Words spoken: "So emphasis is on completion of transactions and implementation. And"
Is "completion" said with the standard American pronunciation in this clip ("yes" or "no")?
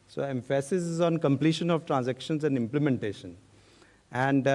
yes